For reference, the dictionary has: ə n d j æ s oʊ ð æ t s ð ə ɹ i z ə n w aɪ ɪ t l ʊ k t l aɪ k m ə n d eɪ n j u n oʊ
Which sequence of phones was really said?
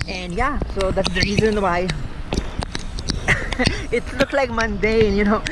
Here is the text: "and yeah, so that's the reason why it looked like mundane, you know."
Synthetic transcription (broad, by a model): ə n d j æ s oʊ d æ t s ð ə ɹ i z ə n w aɪ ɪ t l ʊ k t l aɪ k m ə n d eɪ n j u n oʊ